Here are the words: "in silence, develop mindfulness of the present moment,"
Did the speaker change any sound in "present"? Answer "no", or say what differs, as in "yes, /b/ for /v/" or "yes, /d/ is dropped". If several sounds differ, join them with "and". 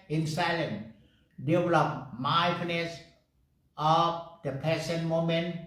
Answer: yes, /ɹ/ is dropped and /s/ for /z/